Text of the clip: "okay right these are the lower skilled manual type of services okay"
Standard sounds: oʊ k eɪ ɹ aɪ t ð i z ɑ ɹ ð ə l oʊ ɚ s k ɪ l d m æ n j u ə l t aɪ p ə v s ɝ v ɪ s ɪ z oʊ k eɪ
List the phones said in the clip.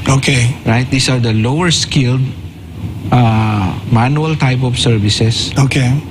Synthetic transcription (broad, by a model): oʊ k eɪ ɹ aɪ t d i s ɑ ɹ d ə l oʊ ɚ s k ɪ l d m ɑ n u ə l t aɪ p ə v s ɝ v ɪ s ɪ s oʊ k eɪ